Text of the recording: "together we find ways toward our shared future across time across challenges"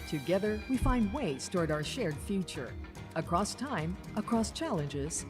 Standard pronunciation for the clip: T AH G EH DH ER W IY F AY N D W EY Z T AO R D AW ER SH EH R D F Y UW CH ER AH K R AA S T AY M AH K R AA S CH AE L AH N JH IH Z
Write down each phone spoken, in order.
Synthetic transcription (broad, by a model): T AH G EH DH ER W IY F AY N D W EY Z T AO R D AW ER SH EH R D F Y UW CH ER AH K R AA S T AY M AH K R AA S CH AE L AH N JH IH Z